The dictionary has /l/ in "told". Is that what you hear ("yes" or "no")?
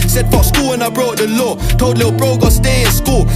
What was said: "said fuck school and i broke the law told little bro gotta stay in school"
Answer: no